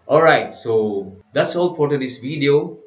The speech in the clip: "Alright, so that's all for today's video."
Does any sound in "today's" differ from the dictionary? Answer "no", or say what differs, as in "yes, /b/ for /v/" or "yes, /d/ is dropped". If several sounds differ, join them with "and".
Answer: yes, /s/ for /z/